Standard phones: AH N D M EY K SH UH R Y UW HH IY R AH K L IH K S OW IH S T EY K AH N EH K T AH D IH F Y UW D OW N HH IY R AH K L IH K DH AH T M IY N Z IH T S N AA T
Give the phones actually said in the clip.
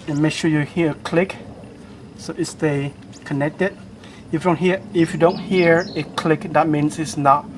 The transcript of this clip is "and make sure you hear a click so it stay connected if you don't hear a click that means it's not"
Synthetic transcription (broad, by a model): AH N M EY K SH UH Y UW HH IY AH AH K L IH K S OW IH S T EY K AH N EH K T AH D IH F Y UW D OW N HH IY R AH K L IH K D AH T M IY N S IH T S N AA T